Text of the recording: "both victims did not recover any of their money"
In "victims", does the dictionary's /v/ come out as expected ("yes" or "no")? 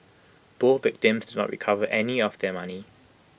yes